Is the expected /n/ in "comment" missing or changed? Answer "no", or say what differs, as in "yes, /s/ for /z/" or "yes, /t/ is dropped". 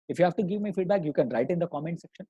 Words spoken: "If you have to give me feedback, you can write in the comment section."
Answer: no